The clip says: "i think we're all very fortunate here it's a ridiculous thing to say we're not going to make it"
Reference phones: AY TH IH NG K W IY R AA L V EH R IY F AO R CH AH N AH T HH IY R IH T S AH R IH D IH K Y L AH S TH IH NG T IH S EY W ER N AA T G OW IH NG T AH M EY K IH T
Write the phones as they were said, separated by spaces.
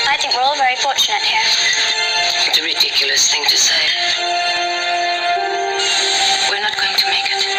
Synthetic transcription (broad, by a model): AY TH IH NG K W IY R AA L V EH R IY F AO R CH AH N AH T HH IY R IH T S AH R IH D IH K Y L AH S TH IH NG T IH S EY W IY N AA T G OW IH NG T AH M EY K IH T